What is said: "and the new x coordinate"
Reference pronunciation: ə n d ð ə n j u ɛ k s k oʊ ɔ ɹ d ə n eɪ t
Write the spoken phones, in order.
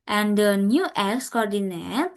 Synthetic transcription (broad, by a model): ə n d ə n j u ɛ k s k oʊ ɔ ɹ d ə n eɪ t